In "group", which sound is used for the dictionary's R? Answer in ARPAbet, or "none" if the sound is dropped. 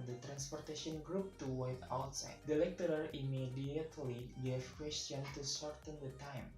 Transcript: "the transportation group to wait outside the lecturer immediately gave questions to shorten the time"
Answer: R